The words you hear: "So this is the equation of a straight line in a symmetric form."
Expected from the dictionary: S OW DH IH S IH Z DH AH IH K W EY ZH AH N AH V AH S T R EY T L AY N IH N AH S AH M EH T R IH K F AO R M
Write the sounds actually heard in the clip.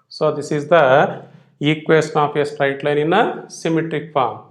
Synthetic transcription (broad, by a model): S OW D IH S IH Z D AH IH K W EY S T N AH P AH S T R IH T L AY N IH N AH S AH M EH T R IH K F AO R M